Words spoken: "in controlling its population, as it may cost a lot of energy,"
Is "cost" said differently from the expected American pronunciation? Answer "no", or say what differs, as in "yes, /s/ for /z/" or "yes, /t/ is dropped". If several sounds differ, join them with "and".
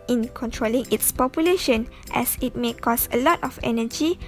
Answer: yes, /t/ is dropped